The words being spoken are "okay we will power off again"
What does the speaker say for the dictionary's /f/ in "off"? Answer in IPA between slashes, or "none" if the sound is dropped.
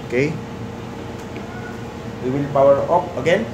/p/